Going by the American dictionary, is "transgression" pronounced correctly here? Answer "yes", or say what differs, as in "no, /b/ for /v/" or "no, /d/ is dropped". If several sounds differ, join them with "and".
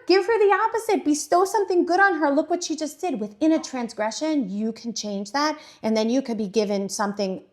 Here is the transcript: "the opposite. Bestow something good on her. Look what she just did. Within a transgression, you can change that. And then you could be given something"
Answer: yes